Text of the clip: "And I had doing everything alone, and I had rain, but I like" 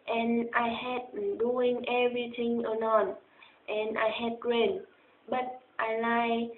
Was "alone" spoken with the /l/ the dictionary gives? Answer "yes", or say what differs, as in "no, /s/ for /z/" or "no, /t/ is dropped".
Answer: no, /n/ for /l/